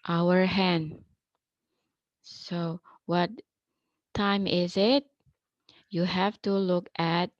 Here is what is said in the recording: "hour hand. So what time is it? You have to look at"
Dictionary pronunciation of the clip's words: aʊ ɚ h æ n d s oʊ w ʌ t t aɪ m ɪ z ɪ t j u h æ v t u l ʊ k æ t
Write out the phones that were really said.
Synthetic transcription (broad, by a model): aʊ ɚ h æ n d s oʊ w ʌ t t aɪ m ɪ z ɪ t j u h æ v t u l ʊ k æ t